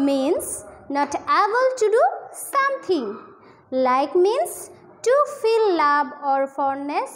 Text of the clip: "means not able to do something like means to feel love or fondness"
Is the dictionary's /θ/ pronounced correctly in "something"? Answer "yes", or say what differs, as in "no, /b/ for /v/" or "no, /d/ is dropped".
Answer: no, /t/ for /θ/